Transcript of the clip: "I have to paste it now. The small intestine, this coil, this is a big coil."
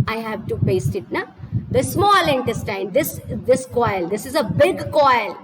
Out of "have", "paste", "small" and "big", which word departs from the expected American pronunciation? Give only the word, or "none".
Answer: none